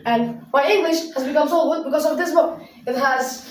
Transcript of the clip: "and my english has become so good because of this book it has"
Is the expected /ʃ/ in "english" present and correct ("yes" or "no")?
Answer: yes